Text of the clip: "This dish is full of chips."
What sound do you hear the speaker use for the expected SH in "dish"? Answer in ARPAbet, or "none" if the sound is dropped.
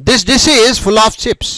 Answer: S